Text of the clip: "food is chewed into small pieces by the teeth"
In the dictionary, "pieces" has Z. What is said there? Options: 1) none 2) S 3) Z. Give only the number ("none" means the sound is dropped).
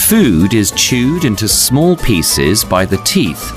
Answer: 3